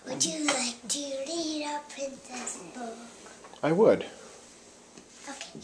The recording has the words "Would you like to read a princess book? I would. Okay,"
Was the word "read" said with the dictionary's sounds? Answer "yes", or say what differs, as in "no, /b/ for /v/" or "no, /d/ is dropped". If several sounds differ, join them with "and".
no, /l/ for /ɹ/